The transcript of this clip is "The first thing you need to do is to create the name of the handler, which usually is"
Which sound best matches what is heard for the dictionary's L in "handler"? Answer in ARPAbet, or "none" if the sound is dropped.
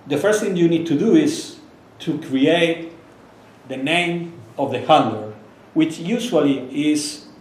none